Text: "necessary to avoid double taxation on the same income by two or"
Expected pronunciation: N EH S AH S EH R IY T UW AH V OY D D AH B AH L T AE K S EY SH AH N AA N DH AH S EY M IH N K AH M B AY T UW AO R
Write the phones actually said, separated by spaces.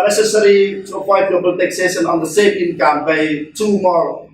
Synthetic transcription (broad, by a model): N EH S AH S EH R IY T UW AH P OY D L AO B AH L T AE K S EY SH AH N AA N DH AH S EY M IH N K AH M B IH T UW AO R